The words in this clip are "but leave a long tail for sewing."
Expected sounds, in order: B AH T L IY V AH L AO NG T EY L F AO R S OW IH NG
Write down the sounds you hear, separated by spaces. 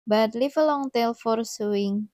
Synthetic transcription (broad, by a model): B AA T L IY F AH L AO NG T EY L F AO R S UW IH NG